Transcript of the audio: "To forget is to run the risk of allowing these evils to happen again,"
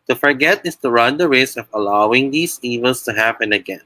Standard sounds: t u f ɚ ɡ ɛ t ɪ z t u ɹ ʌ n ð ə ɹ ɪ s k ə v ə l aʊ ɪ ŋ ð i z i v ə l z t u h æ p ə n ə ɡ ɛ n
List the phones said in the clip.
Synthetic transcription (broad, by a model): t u f ɚ ɡ ɛ t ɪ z t u ɹ ʌ n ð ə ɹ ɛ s ə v ə l aʊ ɪ ŋ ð i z i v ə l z t u h æ p ə n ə ɡ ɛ n